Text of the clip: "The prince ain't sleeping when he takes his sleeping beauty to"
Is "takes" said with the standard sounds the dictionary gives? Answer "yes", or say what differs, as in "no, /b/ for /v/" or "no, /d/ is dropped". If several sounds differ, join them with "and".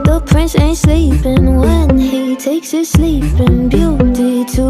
yes